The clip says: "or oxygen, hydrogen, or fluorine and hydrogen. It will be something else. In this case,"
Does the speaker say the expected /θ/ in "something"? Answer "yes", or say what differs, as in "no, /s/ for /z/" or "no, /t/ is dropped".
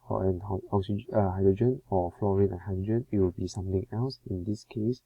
no, /t/ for /θ/